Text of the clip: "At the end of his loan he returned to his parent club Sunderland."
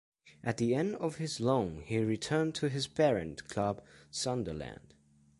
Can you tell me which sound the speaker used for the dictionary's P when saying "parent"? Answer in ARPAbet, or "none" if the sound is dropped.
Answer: B